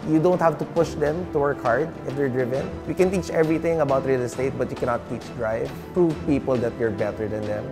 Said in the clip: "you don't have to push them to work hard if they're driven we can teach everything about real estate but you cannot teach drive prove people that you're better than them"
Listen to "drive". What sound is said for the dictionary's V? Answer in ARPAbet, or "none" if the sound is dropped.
V